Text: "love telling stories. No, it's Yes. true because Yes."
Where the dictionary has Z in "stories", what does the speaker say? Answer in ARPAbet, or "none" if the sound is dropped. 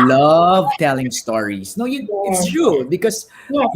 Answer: S